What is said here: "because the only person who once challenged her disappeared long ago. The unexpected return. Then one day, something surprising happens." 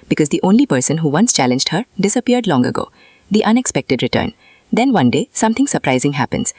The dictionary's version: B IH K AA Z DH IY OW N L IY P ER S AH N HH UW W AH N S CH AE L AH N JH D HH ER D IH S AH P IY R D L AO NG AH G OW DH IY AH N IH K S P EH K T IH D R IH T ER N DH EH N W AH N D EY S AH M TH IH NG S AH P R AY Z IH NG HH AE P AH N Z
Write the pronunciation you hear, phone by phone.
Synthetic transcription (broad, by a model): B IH K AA Z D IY OW N L IY P ER S AH N HH UW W AH N S CH AE L AH N JH D HH ER D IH S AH P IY R D L AO NG AH G OW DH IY AH N IH K S P EH K T IH D R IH T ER N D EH N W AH N D EY S AH M T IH NG S AH P R AY Z IH NG HH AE P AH N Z